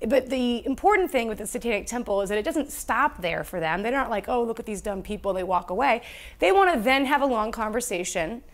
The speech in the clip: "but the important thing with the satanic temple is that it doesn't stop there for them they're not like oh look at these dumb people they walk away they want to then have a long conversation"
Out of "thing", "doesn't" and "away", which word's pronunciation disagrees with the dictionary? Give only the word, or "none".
none